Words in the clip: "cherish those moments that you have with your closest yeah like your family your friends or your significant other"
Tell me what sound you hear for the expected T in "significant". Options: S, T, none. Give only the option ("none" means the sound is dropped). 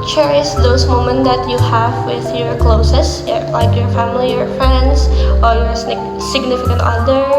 T